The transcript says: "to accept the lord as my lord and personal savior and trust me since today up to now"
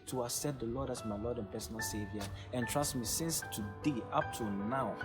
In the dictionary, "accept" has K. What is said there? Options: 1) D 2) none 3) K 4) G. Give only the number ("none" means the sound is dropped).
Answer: 2